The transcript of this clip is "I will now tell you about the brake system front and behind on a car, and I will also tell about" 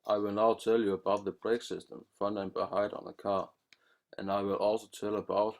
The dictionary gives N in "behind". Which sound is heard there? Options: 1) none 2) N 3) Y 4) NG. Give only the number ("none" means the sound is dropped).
1